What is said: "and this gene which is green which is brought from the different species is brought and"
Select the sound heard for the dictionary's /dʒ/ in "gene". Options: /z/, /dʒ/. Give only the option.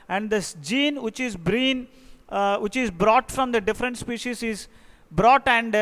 /dʒ/